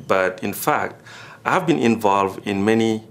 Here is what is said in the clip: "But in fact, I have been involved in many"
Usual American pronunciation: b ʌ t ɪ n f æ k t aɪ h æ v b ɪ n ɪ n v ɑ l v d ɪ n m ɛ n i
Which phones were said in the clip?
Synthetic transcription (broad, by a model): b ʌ t ɪ n f æ k t aɪ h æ v b ɪ n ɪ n v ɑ l v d ɪ n m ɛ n i